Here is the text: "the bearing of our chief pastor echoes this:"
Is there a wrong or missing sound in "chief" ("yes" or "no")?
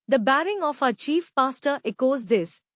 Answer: no